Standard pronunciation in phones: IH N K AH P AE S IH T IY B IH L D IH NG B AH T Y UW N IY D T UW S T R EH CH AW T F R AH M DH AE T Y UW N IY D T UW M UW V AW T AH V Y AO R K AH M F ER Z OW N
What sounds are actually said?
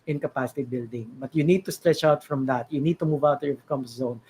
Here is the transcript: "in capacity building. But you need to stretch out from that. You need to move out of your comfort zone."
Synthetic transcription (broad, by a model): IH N K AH P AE S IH T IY B IH L D IH NG B AH T Y UW N IY D T UW S T R EH CH AW T F R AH M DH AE T Y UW N IY D T UW M UW V AW T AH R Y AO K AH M P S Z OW N